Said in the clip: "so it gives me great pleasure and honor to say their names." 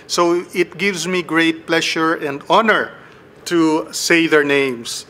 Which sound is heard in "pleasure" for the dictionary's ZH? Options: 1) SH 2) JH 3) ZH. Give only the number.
1